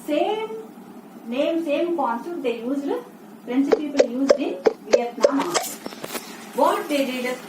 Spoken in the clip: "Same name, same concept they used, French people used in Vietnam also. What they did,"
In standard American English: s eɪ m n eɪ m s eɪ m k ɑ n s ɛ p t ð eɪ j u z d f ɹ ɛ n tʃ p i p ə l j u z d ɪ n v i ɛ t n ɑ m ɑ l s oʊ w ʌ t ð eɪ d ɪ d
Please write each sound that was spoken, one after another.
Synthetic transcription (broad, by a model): s eɪ m n eɪ m s eɪ m k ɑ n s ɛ t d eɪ j u z d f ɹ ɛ n s p i p ə l j u z d ɪ n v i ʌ t n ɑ m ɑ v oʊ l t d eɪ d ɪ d